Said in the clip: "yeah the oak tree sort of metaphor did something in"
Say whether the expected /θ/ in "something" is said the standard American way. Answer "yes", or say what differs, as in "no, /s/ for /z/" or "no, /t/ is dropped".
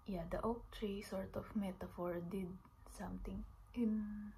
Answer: no, /t/ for /θ/